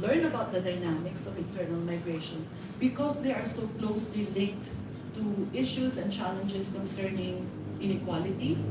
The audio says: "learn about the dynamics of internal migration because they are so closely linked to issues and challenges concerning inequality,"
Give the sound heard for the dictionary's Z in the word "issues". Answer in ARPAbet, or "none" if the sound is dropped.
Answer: S